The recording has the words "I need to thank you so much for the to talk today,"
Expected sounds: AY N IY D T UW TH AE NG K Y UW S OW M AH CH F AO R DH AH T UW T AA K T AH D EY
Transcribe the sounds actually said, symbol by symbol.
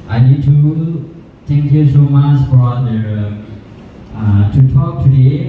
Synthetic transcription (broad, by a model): AY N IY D T UW T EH NG K Y UW S OW M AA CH F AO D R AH T UW T AA K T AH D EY